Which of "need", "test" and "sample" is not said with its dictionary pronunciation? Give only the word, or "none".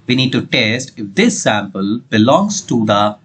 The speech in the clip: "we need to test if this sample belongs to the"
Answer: none